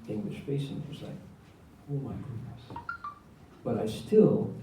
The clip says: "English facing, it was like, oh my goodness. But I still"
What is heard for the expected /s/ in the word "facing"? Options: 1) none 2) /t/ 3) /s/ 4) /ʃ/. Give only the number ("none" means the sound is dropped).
1